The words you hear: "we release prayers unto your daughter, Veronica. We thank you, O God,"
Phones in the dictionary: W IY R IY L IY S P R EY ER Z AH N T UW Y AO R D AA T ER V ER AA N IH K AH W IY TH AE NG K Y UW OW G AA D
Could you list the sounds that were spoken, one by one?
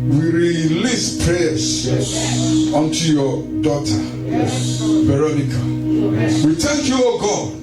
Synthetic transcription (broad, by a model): W IY R IY L IY S P R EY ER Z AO N T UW Y AO D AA T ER B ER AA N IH K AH W IY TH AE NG K Y UW OW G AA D